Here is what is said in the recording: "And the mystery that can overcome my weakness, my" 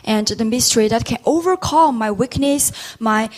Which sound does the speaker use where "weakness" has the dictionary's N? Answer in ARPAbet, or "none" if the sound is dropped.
N